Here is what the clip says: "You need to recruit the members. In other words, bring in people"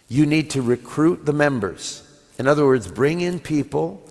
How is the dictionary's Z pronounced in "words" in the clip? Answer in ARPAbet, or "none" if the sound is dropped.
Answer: Z